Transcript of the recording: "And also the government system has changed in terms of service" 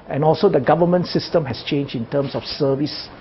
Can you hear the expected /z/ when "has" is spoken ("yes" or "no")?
no